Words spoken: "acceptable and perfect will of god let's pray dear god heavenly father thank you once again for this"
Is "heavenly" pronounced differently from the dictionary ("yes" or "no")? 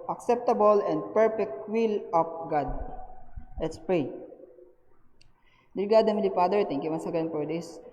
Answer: yes